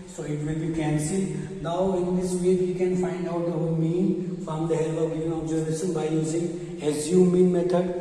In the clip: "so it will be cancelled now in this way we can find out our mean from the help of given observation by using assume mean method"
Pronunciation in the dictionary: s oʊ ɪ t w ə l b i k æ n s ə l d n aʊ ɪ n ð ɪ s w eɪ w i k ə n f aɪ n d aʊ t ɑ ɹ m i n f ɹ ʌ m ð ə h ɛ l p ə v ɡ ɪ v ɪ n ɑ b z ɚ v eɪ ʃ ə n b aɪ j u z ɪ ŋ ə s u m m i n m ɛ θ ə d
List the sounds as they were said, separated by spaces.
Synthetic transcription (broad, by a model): s oʊ ɪ t w ə l b i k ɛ n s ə n aʊ ɪ n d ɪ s w eɪ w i k ə n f aɪ n d aʊ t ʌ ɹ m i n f ɹ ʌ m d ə h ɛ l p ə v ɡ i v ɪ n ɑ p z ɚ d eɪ s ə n b aɪ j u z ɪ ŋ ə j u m m i n m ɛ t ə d